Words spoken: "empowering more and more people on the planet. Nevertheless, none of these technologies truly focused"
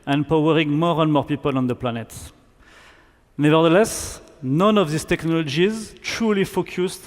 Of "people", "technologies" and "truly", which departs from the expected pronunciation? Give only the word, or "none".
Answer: none